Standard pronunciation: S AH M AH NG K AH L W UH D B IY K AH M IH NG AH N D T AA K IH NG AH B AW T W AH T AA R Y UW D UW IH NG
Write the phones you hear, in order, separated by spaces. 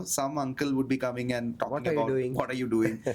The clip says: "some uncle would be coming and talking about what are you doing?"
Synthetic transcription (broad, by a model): S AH M AH NG K AH L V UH D B IY K AH M IH NG AH N D T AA IH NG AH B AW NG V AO T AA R Y UW D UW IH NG